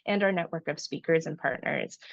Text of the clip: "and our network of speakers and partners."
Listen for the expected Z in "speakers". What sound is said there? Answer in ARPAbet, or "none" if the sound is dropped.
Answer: Z